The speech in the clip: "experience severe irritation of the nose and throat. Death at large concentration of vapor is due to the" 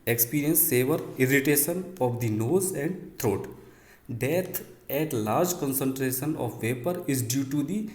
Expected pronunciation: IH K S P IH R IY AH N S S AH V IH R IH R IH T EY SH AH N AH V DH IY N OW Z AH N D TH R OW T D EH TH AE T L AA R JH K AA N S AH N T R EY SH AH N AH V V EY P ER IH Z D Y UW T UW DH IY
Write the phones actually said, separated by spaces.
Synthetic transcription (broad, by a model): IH K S P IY R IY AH N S S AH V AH R IH R IH T EY SH AH N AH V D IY N OW Z AH N D T R OW T D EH T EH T L AA R JH K AA N S AH N T R EY SH AH N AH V V EY P ER IH Z D Y UW T UW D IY